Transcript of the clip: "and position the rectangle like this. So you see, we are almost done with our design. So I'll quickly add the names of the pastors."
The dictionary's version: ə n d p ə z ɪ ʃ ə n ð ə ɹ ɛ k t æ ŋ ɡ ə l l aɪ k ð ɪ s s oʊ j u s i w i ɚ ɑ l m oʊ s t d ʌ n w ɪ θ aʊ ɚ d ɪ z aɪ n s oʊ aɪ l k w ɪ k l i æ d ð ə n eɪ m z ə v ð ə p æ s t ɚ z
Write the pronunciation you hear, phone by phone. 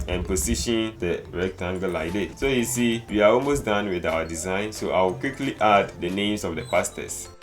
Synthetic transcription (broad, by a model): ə n p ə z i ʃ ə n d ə ɹ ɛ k t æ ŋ ɡ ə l l aɪ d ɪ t s oʊ j u s i w i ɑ ɑ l m oʊ s d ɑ n w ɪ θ aʊ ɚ d ɪ z aɪ n s oʊ aɪ w k w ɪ k l i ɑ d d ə n eɪ m s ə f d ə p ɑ s t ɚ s